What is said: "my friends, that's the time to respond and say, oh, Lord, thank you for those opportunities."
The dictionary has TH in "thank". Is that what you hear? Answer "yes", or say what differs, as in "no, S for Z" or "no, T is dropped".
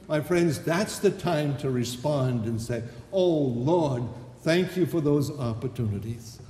yes